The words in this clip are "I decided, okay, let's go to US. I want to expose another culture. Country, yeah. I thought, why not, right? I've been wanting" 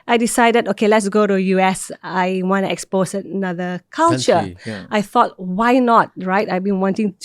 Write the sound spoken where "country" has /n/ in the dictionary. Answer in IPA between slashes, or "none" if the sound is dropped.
none